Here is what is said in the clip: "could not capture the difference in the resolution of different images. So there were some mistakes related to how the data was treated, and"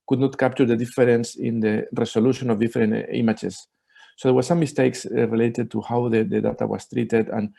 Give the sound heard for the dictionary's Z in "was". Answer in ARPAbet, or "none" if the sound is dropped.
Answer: S